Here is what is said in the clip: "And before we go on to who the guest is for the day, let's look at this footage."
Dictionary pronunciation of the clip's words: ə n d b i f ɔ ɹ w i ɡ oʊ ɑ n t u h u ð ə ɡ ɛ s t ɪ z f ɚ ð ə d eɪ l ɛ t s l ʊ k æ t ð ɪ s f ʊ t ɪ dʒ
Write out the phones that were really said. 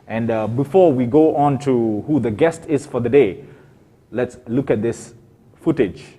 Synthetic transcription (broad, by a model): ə n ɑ b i f ɔ w i ɡ oʊ ɑ n t u h u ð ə ɡ ɛ s t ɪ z f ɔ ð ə d eɪ l ɛ t s l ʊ k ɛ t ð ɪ s f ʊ t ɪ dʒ